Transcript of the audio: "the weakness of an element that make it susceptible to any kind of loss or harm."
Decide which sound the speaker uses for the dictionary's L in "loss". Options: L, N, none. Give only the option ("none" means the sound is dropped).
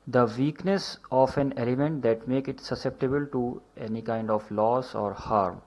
L